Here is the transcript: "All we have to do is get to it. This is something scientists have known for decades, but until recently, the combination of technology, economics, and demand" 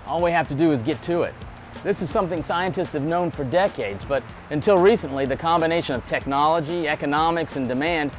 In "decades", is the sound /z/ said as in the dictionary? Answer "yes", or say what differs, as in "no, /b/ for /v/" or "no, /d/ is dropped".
yes